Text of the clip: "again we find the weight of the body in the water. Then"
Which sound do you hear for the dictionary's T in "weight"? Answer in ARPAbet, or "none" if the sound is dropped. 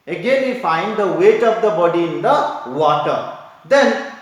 T